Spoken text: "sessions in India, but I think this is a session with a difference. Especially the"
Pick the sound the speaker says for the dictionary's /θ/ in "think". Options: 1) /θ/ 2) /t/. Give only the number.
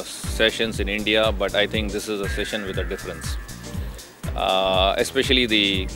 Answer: 2